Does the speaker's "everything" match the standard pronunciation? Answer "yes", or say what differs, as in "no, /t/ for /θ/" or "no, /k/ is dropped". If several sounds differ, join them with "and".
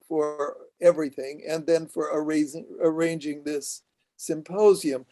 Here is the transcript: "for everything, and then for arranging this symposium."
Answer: yes